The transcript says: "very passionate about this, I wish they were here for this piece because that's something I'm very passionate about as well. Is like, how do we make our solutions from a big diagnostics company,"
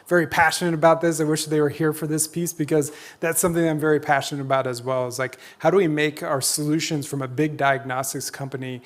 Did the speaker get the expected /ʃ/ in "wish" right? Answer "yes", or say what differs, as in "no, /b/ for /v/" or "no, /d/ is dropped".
yes